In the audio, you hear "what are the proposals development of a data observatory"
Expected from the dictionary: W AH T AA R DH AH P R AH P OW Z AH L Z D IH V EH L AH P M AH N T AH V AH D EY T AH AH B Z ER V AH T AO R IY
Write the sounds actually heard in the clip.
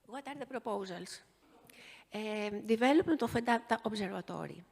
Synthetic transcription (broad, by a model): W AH T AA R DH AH P R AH P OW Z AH L S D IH V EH L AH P AH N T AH F AH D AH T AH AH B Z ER V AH T AO R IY